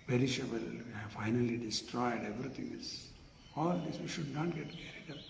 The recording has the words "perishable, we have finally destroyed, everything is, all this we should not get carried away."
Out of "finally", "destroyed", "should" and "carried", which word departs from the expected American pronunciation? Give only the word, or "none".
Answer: none